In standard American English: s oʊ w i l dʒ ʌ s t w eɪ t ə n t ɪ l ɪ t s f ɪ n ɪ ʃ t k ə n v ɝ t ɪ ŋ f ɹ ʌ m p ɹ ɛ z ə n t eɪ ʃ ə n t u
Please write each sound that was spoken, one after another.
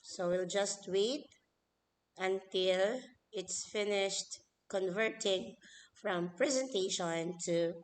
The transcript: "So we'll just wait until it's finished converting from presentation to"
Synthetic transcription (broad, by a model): s oʊ w i l dʒ ʌ s t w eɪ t ə n t ɪ l ɪ t s f ɪ n ɪ ʃ t k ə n v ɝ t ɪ ŋ f ɹ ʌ m p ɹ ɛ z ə n t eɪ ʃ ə n t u